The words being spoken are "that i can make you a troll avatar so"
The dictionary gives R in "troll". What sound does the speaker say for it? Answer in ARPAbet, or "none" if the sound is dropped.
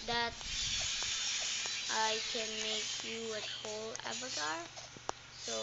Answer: none